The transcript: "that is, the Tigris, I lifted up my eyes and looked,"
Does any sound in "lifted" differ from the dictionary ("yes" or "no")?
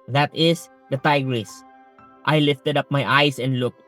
no